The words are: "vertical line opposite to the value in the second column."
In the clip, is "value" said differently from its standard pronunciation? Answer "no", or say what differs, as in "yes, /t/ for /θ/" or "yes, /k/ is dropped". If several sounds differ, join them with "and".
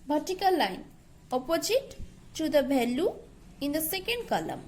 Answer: yes, /b/ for /v/